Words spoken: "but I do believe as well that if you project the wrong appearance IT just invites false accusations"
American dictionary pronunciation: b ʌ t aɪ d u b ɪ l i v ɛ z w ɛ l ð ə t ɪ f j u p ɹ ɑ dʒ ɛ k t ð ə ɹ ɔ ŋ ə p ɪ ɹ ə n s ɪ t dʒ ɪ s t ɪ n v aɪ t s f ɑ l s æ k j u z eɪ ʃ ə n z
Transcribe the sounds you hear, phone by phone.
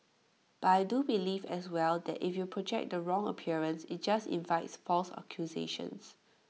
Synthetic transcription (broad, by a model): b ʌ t aɪ d u b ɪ l i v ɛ s w ɛ l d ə t ɪ f j u p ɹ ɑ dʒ ɛ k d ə ɹ ɔ ŋ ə p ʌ ɹ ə n s ɪ t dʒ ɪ s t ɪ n v aɪ t s f ɑ l s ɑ k j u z eɪ ʃ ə n s